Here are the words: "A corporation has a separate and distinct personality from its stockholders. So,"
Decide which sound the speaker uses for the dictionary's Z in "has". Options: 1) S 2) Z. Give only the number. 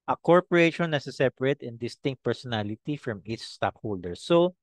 1